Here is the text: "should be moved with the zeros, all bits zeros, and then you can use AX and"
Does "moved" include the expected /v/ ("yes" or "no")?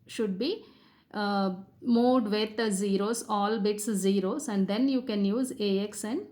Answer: no